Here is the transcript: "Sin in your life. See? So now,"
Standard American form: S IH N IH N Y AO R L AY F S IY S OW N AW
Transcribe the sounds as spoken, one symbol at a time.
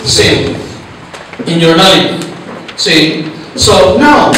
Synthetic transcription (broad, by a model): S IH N IH N Y AO R N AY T S IY S OW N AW